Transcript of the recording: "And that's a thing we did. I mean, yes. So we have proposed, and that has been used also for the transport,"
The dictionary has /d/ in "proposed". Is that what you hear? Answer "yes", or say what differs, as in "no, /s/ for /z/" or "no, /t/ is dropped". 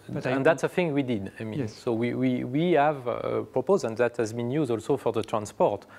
no, /d/ is dropped